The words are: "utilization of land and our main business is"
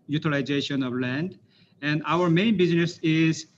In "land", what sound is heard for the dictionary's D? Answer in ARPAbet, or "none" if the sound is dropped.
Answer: D